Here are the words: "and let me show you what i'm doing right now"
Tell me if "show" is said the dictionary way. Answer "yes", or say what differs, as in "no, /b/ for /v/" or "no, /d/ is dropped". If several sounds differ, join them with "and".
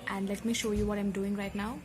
yes